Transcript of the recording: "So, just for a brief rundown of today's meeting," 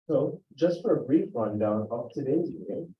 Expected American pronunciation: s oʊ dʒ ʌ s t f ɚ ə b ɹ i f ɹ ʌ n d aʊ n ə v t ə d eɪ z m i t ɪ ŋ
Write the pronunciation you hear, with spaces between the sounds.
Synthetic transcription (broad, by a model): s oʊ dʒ ʌ s t f ɚ ə b ɹ i f ɹ ʌ n d aʊ n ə p t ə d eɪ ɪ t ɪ